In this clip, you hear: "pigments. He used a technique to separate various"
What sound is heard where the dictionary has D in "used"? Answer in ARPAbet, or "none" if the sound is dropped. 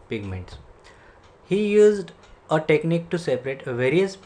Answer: D